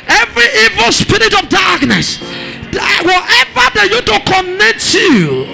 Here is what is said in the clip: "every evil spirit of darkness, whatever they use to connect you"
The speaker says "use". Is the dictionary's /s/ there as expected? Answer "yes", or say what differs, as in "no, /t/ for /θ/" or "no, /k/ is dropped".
no, /s/ is dropped